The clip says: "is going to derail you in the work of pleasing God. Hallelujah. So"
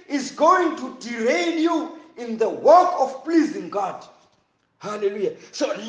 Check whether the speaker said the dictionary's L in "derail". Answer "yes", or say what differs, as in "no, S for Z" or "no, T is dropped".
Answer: no, N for L